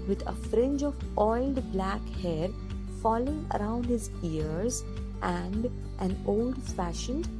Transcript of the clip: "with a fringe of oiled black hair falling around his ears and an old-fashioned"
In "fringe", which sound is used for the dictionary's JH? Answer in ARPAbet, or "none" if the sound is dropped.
JH